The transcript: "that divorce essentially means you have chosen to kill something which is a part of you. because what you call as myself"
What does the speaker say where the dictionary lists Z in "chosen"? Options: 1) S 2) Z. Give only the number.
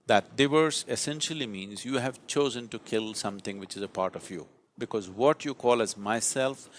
2